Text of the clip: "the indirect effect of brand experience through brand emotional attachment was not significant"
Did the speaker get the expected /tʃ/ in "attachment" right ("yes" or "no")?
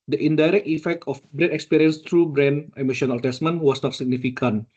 no